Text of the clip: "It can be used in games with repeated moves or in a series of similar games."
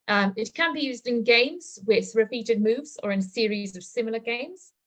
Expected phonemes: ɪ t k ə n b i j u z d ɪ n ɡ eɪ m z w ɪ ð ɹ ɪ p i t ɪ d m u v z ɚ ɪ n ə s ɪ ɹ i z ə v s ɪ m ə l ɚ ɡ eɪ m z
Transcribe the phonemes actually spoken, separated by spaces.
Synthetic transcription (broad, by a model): ɪ t k ə n b i j u z d ɪ n ɡ eɪ m z w ɪ ð ɹ ɪ p i t ɪ d m u v z ɚ ɪ n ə s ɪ ɹ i z ə v s ɪ m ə l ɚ ɡ eɪ m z